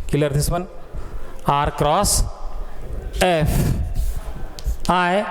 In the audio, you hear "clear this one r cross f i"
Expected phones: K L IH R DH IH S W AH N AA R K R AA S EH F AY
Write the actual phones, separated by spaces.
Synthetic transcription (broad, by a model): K L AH R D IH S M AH N AA R K R AA S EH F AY